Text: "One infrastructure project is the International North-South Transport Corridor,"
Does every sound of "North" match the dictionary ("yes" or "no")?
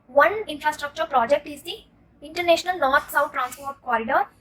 no